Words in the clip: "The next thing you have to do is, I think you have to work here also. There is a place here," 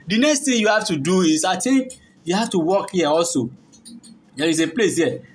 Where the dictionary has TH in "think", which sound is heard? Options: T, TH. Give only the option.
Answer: T